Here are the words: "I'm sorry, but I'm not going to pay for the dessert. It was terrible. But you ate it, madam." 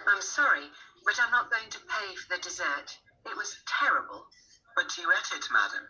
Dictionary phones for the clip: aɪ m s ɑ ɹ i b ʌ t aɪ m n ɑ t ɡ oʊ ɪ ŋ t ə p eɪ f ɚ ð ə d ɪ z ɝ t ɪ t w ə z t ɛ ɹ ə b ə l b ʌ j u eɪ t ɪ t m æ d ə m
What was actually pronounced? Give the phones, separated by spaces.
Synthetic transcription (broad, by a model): aɪ m s ɑ ɹ i b ʌ t aɪ m n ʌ t ɡ oʊ ɪ ŋ t ə p eɪ f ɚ ð ə d ɪ z ɝ t ɪ t w ə z t ɛ ɹ ə b ə l b ʌ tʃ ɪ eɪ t ɪ t m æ d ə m